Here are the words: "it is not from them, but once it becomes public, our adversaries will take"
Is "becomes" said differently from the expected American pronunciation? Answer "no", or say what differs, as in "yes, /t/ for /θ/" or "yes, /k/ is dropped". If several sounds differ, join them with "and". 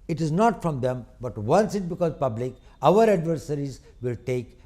yes, /m/ is dropped